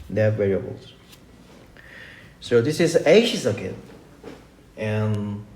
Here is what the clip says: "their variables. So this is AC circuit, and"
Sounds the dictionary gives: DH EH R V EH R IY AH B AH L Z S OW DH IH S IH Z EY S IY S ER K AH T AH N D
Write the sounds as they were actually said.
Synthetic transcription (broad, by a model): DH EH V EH R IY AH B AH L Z S OW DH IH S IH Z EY SH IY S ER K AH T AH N